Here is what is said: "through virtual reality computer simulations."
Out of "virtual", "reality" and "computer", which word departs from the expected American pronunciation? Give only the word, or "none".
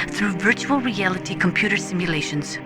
none